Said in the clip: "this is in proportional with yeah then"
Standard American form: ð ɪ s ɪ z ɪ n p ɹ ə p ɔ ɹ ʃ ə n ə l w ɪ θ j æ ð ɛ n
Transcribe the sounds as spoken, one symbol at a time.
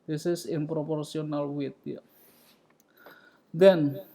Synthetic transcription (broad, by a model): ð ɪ s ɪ s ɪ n p ɹ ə p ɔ ɹ s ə n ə l w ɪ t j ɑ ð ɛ n